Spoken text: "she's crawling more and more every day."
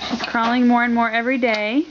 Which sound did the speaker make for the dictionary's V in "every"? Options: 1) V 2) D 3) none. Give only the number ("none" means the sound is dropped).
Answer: 1